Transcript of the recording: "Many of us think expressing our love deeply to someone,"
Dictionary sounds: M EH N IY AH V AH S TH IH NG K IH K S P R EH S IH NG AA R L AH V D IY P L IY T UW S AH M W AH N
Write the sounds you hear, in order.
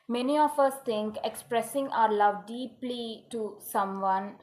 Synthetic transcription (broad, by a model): M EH N IY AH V AH S T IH NG K IH K S P R EH S IH NG AA R L AH V D IY P L IY T UW S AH M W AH N